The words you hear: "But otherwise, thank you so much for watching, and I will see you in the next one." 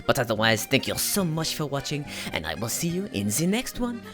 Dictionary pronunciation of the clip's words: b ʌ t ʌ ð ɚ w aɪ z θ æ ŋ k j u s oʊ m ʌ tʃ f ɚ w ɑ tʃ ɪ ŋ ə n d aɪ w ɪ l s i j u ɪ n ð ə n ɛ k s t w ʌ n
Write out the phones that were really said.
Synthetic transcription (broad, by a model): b ʌ t ʌ ð ɚ w aɪ z θ æ ŋ k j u s oʊ m ʌ tʃ f ɚ w ɑ tʃ ɪ ŋ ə n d aɪ w ɪ l s i j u ɪ n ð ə n ɛ k s t w ʌ n